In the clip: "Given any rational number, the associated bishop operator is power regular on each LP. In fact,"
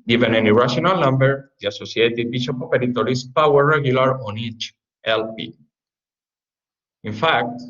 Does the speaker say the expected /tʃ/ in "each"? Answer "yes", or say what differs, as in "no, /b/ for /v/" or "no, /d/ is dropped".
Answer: yes